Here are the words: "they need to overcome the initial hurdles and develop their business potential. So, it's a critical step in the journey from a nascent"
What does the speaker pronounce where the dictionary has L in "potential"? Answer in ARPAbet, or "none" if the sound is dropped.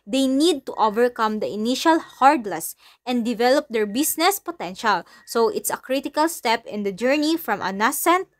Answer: L